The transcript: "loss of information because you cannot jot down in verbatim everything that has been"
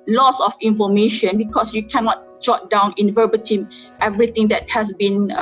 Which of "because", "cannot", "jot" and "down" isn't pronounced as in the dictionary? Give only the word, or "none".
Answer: because